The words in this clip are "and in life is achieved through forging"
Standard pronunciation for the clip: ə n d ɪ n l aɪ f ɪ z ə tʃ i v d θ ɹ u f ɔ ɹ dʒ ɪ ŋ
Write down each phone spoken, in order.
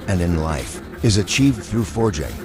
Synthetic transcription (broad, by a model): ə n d ɪ n l aɪ f ɪ z ə tʃ i v d θ ɹ u f ɔ ɹ dʒ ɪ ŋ